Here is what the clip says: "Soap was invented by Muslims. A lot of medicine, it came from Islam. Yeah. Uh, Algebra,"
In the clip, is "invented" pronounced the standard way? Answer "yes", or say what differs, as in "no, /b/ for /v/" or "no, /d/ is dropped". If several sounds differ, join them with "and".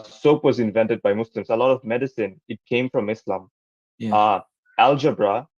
yes